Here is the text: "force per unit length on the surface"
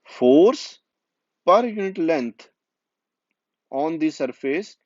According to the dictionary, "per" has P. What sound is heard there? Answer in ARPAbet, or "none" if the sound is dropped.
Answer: P